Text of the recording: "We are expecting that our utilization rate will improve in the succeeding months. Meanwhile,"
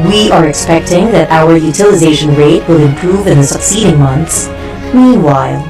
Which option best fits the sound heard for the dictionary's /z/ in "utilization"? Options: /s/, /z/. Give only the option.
/z/